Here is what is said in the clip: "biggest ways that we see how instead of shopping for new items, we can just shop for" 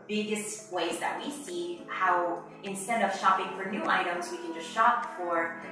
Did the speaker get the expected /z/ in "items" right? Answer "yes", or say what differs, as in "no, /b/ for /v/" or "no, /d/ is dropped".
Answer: yes